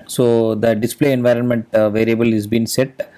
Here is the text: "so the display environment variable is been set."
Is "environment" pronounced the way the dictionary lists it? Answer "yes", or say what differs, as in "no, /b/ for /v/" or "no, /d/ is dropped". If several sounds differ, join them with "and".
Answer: yes